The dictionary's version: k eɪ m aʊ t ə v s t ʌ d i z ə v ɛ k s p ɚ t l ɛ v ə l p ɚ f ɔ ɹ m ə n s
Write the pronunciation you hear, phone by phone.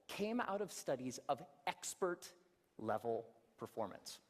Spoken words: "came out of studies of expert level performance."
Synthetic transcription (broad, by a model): k eɪ m aʊ t ə v s t ʌ d i z ə v ɛ k s p ɚ t l ɛ v l p ɚ f ɔ ɹ m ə n s